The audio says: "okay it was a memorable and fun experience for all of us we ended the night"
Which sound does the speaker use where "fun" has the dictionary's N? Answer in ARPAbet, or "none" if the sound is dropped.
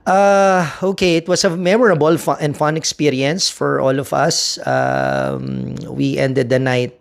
N